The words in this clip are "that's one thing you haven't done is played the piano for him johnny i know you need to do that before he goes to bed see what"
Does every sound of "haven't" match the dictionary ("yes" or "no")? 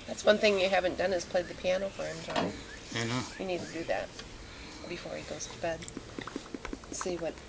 yes